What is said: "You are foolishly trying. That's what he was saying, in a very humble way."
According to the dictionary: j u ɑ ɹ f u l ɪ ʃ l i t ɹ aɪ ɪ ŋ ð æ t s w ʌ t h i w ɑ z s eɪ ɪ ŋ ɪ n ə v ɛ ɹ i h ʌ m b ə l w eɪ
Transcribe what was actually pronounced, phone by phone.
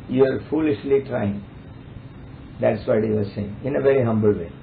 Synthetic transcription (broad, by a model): j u ɑ ɹ f u l ɪ ʃ l i t ɹ aɪ ɪ ŋ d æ t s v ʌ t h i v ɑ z s eɪ ɪ ŋ ɪ n ə v ɛ ɹ i h ʌ m b ə l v eɪ